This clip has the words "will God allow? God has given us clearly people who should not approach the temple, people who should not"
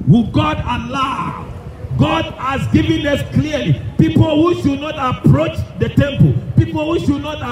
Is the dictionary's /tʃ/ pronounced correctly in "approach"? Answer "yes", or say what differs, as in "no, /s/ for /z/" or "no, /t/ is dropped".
yes